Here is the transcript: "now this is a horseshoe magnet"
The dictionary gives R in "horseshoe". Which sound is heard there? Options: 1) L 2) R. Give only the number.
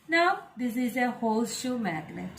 1